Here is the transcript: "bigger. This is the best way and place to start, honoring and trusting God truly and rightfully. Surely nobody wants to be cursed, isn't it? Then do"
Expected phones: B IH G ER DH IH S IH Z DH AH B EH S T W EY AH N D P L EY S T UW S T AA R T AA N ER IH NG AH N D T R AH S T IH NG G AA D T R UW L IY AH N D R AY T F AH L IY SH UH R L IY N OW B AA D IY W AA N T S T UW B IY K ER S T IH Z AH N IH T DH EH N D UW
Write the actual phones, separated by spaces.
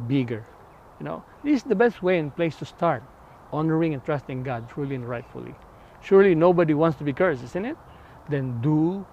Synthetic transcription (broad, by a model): B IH G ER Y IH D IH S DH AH B EH S T W EY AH N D P L EY S T UW S T AA R T AA N ER IH NG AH N T R AH S T IH NG G AA D T R UW L IY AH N R AY T F AH L IY SH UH R L IY N OW B AA D IY W AA N T S T UW B IY K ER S IH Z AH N IH T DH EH N D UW